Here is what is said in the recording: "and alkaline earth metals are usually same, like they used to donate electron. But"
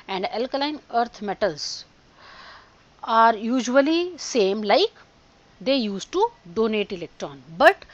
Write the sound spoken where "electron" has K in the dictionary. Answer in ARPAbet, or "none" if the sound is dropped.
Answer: K